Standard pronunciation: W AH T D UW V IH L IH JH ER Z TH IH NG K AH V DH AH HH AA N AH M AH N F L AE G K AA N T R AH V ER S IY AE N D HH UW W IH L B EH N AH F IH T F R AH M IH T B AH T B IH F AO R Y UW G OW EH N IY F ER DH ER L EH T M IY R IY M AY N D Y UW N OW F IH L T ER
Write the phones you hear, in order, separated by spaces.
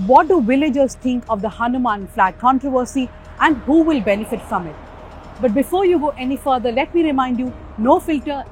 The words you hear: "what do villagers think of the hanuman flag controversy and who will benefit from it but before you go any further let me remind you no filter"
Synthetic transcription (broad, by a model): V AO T D UW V IH L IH JH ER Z T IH NG K AH V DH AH HH AA N AH M AH N F L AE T K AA N T R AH V ER S IY AE N D HH UW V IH L B EH N AH F IH T F R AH M IH T B AH T B IH F AO R Y UW G OW EH N IY F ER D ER L EH T M IY R IY M AY N D Y UW N OW F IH L T ER